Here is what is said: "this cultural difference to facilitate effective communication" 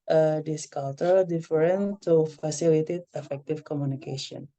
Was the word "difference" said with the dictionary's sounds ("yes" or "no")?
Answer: no